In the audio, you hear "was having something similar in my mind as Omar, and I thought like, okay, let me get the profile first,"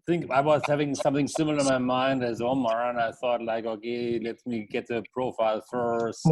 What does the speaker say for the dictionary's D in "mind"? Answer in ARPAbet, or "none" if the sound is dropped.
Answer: D